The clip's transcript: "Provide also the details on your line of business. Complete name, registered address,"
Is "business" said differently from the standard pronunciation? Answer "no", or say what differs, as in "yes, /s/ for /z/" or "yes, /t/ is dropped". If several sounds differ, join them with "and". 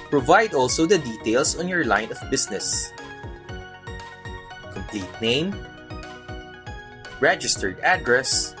yes, /s/ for /z/